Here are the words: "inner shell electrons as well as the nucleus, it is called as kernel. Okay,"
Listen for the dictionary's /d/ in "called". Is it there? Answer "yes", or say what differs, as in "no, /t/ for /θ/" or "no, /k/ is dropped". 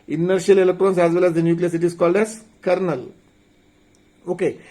yes